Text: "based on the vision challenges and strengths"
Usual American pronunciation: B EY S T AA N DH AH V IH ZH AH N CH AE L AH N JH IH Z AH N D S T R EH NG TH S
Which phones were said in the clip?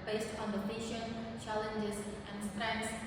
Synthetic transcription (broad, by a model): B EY S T AA N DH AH P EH SH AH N CH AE L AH N JH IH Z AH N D S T R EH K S